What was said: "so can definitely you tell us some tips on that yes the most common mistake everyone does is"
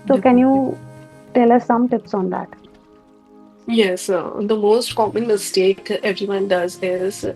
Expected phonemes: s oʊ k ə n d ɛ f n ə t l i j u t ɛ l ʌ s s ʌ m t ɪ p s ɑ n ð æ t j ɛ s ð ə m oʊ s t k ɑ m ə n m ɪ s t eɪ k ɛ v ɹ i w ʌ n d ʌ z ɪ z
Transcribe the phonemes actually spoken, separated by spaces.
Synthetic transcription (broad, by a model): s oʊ k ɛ n j u t ɛ l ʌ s s ʌ m t ɪ p s ɑ n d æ t j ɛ s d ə m oʊ s t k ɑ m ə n m ɪ s t eɪ k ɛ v ɹ i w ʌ n d ʌ z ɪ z